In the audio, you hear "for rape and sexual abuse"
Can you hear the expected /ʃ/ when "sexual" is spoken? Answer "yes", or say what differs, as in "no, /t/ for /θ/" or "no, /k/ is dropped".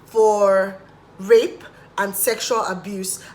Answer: yes